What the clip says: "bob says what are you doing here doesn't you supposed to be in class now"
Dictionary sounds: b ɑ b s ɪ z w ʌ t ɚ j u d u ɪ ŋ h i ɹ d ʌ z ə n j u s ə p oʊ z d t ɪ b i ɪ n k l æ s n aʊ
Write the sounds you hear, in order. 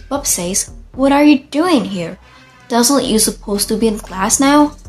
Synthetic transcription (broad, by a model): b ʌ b s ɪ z w ʌ t ɚ j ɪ d u ɪ ŋ h i ɹ d ʌ z ə n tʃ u s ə p oʊ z t ɪ b i ɪ n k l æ s n aʊ